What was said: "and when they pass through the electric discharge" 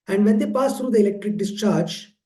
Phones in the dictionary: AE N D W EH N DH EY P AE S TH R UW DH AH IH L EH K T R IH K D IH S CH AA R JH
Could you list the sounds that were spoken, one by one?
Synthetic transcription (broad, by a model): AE N D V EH N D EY P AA S T R UW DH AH IH L EH K T R IH K D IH S CH AA R JH